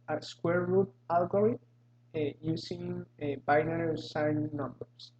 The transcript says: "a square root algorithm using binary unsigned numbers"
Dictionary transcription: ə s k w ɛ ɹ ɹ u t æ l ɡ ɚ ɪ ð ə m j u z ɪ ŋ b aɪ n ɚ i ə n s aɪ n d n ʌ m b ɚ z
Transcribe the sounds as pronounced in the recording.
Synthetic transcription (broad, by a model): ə s k w ɛ ɹ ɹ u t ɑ l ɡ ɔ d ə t j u s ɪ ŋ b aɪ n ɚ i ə s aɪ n n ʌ m b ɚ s